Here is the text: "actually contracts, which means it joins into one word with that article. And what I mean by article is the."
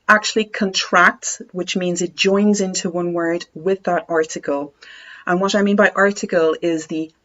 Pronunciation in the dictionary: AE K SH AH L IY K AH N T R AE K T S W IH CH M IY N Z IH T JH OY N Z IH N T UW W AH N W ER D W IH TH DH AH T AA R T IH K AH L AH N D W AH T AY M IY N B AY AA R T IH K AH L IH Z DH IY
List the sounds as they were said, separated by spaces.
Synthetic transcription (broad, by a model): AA K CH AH L IY K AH N T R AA K T S W IH CH M IY N Z IH T JH OY N Z IH N T UW W AH N W ER D W IH DH AH T AA R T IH K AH L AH N W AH T AY M IY N B AY AA R T IH K AH L IH Z DH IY